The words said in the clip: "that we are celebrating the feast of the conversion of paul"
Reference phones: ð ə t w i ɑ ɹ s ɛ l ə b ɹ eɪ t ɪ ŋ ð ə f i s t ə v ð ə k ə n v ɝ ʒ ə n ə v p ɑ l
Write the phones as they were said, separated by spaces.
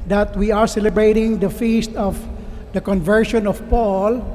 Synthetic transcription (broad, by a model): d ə t w i ɑ ɹ s ɛ l ə b ɹ eɪ t ɪ ŋ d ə f i s t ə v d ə k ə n v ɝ ʃ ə n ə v p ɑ l